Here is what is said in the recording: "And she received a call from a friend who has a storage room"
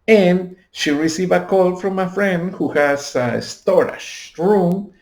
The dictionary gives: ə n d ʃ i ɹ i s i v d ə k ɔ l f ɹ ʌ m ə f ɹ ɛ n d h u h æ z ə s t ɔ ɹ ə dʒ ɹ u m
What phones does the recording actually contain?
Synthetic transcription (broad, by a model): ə n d ʃ i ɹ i s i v ə k ɔ l f ɹ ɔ m ə f ɹ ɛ n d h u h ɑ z ə s t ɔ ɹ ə ʃ ɹ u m